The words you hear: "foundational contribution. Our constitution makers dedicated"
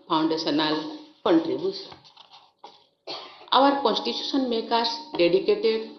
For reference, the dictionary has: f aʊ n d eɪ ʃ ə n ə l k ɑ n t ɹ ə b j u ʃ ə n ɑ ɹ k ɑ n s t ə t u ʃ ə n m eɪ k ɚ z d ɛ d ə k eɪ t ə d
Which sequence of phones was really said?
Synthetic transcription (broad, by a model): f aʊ n d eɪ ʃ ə n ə l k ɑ n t ɹ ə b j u s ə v ɑ ɹ k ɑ n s t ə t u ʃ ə n m eɪ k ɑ s d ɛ d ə k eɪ t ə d